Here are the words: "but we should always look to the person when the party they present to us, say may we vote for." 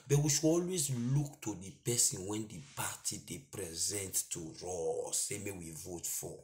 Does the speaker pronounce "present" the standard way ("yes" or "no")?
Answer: yes